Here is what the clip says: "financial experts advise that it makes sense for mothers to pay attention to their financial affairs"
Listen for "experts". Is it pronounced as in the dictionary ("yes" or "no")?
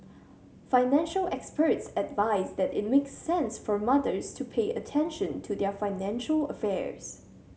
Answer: yes